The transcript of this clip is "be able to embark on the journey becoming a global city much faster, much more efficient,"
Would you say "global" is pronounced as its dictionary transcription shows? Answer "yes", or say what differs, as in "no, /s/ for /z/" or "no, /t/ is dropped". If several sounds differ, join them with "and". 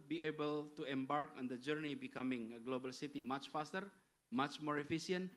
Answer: yes